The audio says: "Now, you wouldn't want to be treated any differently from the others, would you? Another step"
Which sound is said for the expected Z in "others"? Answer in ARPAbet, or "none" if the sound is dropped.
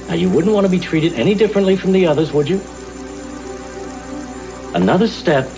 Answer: Z